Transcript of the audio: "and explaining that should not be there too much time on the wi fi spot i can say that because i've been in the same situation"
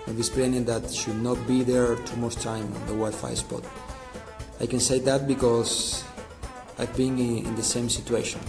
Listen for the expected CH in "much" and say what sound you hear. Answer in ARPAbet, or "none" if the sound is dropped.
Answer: S